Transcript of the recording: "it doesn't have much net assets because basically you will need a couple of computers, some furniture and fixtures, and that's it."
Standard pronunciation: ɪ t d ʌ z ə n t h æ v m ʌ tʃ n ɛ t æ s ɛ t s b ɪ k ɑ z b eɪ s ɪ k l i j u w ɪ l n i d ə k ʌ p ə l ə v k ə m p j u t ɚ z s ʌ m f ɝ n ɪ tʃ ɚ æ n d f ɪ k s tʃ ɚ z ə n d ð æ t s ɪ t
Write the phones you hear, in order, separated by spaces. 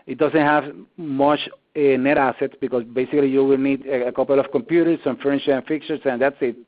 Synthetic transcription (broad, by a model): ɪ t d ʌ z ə n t h æ v m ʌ tʃ n ɛ t æ s ɛ t s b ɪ k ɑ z b eɪ s ɪ k l i j u w ɪ l n i d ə k ʌ p ə l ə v k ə m p j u t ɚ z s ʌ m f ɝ ɪ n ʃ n f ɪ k tʃ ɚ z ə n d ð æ t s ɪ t